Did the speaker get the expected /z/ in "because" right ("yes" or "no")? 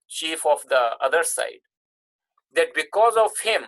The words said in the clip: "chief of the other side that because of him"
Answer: yes